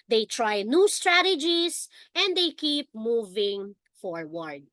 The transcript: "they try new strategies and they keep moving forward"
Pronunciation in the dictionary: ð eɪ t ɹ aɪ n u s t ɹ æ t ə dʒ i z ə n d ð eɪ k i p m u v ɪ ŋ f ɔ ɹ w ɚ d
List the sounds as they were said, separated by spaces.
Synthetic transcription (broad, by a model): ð eɪ t ɹ aɪ n u s t ɹ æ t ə dʒ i s ə n d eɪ k i p m u v ɪ ŋ f ɔ ɹ w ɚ d